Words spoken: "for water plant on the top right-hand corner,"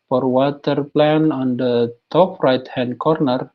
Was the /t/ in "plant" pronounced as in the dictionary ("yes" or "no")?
no